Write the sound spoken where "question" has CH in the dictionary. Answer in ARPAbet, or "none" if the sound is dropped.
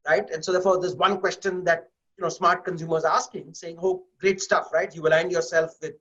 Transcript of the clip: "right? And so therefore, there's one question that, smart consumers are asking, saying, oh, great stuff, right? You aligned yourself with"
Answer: CH